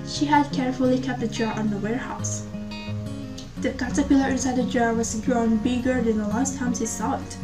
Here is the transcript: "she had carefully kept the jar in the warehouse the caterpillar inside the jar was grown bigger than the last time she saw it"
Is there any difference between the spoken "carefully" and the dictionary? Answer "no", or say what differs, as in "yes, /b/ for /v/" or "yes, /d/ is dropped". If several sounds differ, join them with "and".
no